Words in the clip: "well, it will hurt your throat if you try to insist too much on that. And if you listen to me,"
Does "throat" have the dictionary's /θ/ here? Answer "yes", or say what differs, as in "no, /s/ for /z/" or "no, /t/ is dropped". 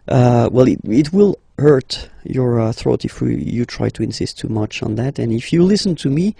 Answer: yes